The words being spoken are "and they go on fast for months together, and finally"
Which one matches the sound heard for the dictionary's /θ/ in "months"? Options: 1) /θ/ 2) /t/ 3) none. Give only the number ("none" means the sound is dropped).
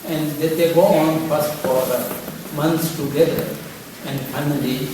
2